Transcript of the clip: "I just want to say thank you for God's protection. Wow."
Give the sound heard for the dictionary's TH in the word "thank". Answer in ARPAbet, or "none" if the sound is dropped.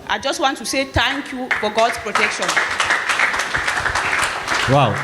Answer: T